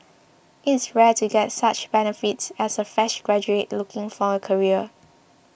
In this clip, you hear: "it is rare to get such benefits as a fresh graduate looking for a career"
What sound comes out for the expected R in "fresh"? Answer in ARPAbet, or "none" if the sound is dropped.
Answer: none